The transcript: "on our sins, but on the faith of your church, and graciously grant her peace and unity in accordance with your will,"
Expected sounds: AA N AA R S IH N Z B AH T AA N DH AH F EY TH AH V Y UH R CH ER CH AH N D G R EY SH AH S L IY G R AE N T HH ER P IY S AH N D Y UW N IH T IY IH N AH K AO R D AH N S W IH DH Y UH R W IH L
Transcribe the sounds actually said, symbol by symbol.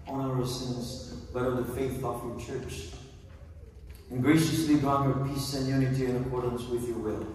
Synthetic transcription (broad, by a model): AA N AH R S IH N Z B AH T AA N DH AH F EY TH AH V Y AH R CH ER CH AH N G R EY SH AH S L IY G AA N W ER P IY S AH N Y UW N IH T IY IH N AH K AO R D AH N S W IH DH Y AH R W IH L